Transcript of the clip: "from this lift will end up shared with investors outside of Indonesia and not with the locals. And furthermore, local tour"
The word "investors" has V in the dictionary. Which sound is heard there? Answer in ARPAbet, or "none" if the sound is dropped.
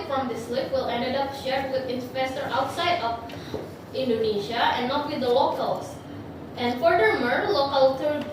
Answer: P